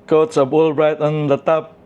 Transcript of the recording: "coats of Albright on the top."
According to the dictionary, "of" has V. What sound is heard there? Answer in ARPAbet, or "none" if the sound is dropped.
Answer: B